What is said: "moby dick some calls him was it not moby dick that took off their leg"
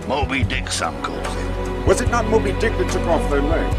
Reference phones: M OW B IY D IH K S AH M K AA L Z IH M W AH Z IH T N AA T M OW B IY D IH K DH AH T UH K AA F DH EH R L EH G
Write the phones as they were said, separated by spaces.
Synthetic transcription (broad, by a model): M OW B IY D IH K S AH M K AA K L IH W AH Z IH T N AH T M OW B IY D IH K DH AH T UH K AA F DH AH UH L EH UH